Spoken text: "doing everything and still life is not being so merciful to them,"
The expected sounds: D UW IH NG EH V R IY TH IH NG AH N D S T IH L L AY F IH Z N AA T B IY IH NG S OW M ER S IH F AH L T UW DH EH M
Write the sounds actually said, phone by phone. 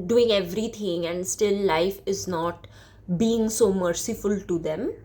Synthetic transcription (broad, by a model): D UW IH NG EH V R IY T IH NG AH N D S T IH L L AY F IH Z N AA T B IY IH NG S OW M ER S IH F AH L T UW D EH M